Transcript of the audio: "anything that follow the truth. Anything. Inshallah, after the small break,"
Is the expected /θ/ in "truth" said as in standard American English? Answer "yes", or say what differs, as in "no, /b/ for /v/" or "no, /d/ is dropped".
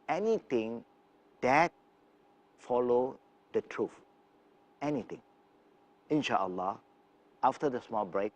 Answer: no, /f/ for /θ/